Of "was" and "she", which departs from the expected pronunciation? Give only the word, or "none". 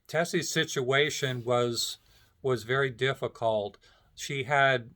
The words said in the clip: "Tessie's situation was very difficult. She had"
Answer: none